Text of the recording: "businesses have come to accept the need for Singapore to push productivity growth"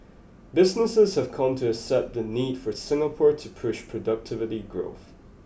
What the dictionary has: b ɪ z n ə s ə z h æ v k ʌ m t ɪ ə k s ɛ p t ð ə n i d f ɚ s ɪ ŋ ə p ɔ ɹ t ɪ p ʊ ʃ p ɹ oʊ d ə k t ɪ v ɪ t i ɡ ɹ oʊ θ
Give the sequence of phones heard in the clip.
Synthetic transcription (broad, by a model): b ɪ z n ə s ə z h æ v k ʌ m t ɪ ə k s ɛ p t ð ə n i d f ɚ s ɪ ŋ ə p ɔ ɹ t ɪ p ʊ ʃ p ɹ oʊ d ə k t ɪ v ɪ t i ɡ ɹ oʊ θ